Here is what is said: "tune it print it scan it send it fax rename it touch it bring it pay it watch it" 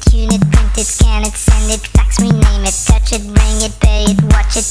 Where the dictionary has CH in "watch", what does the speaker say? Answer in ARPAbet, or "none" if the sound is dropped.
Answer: CH